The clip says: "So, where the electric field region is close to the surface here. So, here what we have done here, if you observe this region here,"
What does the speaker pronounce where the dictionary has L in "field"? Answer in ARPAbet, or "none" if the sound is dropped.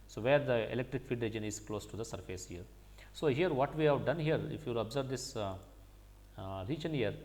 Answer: none